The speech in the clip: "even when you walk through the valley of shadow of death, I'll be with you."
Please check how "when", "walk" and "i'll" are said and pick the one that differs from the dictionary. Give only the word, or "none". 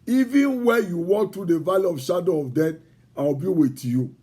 i'll